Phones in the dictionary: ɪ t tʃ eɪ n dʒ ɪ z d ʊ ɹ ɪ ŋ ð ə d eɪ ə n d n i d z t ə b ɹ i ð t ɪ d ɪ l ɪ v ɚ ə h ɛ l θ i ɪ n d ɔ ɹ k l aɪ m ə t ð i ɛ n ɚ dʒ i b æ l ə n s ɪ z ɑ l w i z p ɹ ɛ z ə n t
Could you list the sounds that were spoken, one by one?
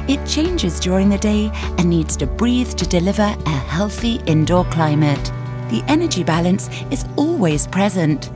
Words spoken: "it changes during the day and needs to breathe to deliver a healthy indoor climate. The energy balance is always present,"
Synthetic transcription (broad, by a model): ɪ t tʃ eɪ n dʒ ɪ z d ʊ ɹ ɪ ŋ ð ə d eɪ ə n n i d z t ə b ɹ i ð t ɪ d ɪ l ɪ v ɚ ə h ɛ l θ i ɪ n d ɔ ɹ k l aɪ m ə t ð i ɛ n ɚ dʒ i b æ l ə n s ɪ z ɑ l w i z p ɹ ɛ z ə n t